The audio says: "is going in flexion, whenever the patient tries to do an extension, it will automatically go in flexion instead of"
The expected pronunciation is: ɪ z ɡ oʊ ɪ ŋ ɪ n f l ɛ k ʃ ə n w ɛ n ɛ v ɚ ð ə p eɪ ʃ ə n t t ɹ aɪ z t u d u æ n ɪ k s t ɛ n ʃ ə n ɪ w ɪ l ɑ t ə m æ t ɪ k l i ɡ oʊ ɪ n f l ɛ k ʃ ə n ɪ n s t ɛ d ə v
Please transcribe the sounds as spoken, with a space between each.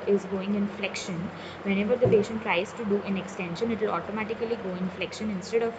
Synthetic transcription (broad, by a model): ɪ z ɡ oʊ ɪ ŋ ɪ n f l ɛ k ʃ ə n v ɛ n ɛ v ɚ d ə p eɪ ʃ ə n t t ɹ aɪ z t u d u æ n ɪ k s t ɛ n ʃ ə n ɪ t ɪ l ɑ t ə m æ t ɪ k l i ɡ oʊ ɪ n f l ɛ k ʃ ə n ɪ n s t ɛ d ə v